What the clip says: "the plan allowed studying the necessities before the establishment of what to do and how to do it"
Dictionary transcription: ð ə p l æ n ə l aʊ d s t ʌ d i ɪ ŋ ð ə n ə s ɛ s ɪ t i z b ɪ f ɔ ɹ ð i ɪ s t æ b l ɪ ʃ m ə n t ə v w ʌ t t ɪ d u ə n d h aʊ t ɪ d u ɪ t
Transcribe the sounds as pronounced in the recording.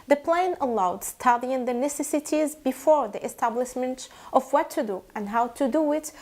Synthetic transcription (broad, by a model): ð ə p l æ n ə l aʊ d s t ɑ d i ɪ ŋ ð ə n ə s ɛ s ɪ t i z b ɪ f ɔ ɹ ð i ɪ s t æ b l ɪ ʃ m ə n t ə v w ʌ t t ɪ d u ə n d h aʊ t ɪ d u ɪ t